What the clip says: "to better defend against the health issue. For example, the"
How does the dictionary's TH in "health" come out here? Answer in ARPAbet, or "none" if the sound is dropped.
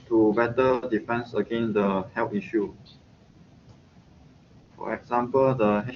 T